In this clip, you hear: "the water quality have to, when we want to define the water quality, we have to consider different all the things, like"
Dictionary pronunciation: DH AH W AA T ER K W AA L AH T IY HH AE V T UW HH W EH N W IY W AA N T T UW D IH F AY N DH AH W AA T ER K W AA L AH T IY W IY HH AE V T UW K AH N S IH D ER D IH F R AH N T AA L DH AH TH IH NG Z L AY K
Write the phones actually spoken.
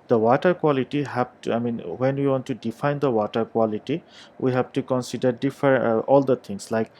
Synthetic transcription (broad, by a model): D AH W AA T ER K W AA L AH T IY HH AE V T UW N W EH N W IY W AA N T T UW D IH F AY N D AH W AA T ER K W AA L AH T IY W IY HH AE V T UW K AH N S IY D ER D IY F AH T AA L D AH T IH NG S L AY K